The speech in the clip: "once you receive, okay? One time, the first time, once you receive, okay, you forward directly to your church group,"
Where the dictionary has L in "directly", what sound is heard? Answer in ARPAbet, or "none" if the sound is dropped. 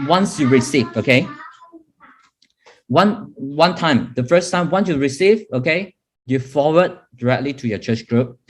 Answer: L